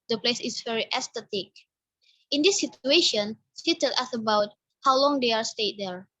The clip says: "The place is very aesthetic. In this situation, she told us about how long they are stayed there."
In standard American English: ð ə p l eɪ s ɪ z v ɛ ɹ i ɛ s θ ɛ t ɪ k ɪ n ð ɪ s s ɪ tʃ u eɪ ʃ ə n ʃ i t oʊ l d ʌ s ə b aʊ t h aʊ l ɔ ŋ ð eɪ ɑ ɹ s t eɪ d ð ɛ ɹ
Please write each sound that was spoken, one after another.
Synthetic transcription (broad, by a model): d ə p l eɪ s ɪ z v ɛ ɹ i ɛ s t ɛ t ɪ k ɪ n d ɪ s s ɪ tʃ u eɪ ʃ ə n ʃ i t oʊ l ʌ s ə b aʊ t h aʊ l ɔ ŋ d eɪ ɑ ɹ s t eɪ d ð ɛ ɹ